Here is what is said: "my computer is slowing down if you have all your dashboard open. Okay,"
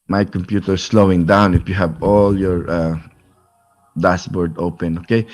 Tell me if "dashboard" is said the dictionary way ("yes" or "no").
no